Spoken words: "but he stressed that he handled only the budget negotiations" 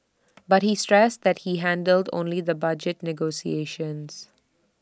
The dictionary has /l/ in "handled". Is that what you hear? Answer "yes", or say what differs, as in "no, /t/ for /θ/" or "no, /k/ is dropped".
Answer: yes